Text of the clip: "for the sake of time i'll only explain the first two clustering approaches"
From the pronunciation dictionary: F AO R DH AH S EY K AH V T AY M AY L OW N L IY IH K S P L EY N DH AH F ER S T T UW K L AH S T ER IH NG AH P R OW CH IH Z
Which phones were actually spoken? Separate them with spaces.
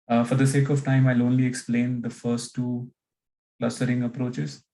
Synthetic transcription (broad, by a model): F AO R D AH S EY K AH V T AY M AY L OW N L IY IH K S P L EY N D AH F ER S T T UW K L AH S T ER IH NG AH P R OW CH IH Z